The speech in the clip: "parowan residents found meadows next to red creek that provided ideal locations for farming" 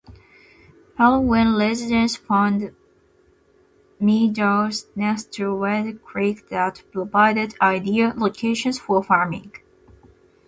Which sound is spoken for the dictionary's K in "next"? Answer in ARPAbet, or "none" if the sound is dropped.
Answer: none